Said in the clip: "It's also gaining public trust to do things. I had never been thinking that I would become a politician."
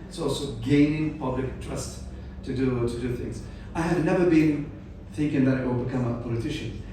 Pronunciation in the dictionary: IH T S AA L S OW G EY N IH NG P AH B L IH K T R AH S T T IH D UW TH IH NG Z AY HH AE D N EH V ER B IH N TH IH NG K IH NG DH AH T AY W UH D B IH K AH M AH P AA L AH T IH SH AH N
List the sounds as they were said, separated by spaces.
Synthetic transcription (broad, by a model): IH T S AA L S OW G EY N IH NG P AH B L IH K T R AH S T T IH D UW TH IH NG Z AY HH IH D N EH V ER B IH N TH IH NG K IH NG DH AH T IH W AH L B IH K AH M AH P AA L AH T IH SH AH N